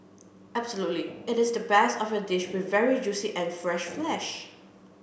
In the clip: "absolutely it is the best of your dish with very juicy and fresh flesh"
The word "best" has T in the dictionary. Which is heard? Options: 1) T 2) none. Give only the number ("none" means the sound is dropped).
2